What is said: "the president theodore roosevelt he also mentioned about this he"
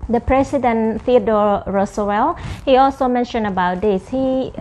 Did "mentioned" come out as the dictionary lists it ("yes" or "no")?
no